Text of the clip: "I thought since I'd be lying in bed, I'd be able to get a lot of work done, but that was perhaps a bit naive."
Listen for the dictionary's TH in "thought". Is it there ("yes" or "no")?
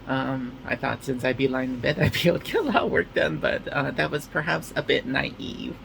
yes